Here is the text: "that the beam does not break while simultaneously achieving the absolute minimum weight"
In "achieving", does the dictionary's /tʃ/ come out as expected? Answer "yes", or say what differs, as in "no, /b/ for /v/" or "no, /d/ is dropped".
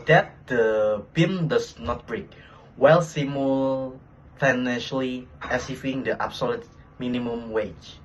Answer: no, /s/ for /tʃ/